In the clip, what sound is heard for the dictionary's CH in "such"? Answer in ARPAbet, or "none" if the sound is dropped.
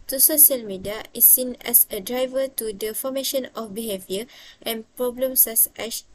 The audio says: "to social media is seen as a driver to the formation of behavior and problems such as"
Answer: S